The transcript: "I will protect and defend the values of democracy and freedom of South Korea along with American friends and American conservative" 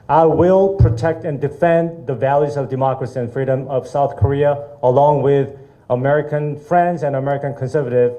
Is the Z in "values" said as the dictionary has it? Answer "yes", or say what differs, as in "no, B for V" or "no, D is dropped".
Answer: yes